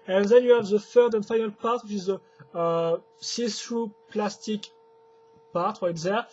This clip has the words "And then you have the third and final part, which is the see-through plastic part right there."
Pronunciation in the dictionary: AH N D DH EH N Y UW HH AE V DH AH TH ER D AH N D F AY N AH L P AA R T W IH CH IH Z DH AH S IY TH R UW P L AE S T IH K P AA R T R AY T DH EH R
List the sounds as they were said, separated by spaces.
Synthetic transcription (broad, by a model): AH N DH EH N Y UW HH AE V DH AH F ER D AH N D F AY N AH L P AA R T W IH CH IH Z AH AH S IY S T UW P L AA S T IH K P AA R T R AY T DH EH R